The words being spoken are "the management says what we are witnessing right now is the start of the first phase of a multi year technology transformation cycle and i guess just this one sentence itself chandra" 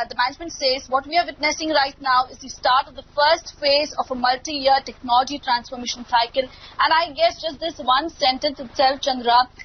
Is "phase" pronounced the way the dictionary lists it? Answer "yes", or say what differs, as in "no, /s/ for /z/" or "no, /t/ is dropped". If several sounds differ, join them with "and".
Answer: yes